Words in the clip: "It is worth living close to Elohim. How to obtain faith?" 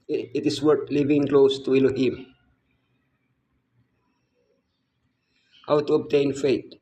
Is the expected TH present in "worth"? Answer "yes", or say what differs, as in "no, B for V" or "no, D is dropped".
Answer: no, T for TH